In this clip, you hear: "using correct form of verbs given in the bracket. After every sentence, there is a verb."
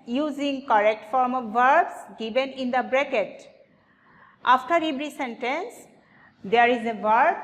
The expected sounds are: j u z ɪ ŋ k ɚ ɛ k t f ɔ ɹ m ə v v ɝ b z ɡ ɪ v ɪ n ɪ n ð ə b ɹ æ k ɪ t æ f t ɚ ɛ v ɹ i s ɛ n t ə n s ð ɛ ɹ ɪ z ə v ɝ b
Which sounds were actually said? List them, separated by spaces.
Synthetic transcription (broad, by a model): j u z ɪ ŋ k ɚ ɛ k t f ɔ ɹ m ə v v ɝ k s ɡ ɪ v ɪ n ɪ n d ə b ɹ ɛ k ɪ t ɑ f t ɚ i b ɹ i s ɛ n t ə n s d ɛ ɹ ɪ z ə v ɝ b